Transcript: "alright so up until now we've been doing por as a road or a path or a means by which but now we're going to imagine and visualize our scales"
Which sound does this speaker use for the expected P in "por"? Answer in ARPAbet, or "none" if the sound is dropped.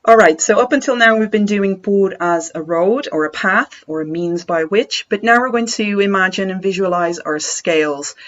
B